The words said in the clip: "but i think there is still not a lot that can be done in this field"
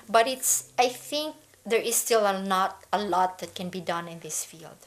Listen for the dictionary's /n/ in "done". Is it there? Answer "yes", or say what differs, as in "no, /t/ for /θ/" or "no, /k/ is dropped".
yes